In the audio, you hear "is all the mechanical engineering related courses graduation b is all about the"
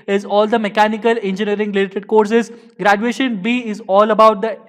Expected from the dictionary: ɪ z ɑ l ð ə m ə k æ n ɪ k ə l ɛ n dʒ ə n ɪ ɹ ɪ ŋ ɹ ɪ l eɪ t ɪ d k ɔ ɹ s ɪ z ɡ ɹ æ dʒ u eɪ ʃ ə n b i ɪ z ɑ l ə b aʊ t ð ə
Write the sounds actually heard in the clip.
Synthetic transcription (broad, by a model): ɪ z ɑ l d ə m ə k æ n ɪ k ə l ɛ n dʒ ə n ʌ ɹ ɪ ŋ l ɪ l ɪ t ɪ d k ɔ ɹ s ɪ z ɡ ɹ æ dʒ u eɪ ʃ ə n b i ɪ z ɑ l ə b aʊ t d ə